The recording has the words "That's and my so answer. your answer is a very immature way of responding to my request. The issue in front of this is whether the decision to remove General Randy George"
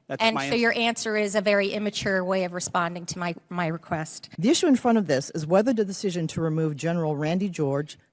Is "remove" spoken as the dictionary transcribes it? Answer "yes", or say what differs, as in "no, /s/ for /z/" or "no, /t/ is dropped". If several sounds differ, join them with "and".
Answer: yes